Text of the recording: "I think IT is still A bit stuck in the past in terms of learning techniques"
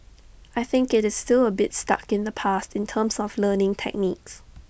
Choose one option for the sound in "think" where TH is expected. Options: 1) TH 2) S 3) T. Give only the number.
1